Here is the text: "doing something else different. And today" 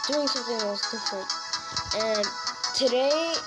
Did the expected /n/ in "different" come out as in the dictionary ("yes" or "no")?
no